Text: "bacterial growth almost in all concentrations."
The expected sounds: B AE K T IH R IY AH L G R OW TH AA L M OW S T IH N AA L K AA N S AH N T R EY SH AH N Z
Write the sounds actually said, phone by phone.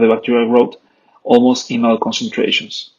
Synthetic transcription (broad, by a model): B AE K T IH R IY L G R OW T AA L M OW S T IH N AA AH K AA N S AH N T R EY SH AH N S